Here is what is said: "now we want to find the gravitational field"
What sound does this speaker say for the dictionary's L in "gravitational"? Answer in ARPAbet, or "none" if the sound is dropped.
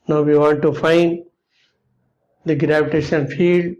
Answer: N